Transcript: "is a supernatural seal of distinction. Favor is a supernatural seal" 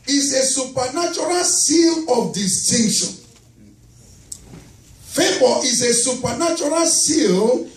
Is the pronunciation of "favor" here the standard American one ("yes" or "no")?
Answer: no